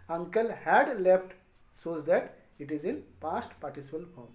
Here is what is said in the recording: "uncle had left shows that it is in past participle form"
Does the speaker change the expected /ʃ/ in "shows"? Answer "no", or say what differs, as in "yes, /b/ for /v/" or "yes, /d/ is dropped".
yes, /s/ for /ʃ/